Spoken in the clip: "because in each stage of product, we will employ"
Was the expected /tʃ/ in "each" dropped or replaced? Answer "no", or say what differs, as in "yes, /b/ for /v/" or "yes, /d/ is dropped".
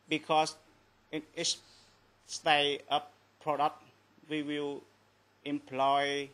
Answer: yes, /s/ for /tʃ/